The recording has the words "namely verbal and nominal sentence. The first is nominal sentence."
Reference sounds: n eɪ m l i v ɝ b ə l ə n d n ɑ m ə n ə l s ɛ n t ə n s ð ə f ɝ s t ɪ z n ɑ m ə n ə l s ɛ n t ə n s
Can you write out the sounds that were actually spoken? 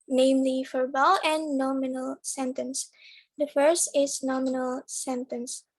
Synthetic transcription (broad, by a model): n eɪ m l i f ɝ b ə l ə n n ɑ m ə n ə l s ɛ n t ə n s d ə f ɝ s t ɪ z n ɑ m ə n ə l s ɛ n t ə n s